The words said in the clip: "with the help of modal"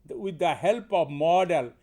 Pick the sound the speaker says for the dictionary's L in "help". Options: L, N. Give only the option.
L